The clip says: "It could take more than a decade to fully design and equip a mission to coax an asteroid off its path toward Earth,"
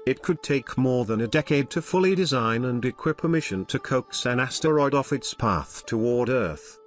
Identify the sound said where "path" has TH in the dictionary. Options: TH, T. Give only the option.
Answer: TH